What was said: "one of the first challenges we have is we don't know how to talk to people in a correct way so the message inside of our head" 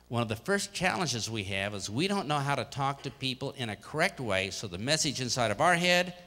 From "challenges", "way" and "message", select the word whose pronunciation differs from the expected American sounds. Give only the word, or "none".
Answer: none